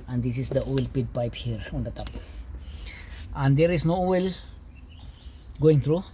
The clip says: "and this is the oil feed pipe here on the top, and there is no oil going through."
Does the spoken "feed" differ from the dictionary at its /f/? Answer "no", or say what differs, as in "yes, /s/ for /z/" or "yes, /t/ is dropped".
yes, /p/ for /f/